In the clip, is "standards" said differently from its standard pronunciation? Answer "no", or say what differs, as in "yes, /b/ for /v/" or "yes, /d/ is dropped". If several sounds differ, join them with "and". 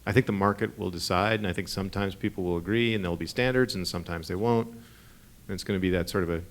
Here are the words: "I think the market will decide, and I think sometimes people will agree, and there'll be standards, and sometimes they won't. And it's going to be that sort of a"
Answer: no